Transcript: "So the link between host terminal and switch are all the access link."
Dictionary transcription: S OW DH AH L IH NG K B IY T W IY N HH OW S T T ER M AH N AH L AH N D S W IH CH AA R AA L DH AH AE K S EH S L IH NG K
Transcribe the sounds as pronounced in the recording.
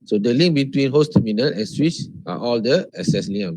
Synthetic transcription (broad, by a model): S OW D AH L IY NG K B IY T W IY N HH OW S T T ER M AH N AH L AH N S W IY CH AA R AA L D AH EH S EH S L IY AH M